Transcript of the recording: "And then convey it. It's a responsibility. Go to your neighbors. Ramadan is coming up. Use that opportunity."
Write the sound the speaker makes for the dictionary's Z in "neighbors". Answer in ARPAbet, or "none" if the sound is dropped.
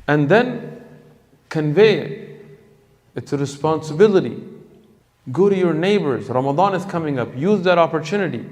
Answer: Z